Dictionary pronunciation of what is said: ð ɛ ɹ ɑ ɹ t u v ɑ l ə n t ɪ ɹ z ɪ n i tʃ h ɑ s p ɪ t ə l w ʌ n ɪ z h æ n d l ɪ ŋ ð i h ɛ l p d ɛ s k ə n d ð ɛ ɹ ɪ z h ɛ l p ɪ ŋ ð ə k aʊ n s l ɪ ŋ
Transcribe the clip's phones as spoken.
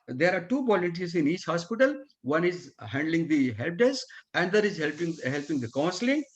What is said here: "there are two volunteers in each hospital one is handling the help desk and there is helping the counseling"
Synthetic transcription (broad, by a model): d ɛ ɹ ɑ ɹ t u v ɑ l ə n t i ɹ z ɪ n i tʃ h ɑ s p ɪ t ə l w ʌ n ɪ z h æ n d l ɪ ŋ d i h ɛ l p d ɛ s ə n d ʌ ɹ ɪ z h ɛ l p ɪ ŋ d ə k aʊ n s l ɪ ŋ